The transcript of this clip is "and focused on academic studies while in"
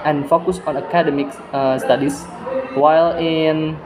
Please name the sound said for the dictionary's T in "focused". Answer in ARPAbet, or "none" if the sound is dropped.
none